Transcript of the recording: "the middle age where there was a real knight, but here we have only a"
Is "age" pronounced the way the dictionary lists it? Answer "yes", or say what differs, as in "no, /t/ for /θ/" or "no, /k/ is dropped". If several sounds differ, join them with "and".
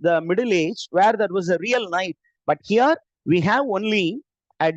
yes